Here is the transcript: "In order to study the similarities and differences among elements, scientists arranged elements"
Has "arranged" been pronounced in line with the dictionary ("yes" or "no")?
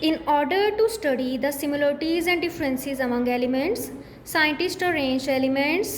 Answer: no